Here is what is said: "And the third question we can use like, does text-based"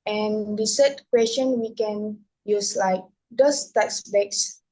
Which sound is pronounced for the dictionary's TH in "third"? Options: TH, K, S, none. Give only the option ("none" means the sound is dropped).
S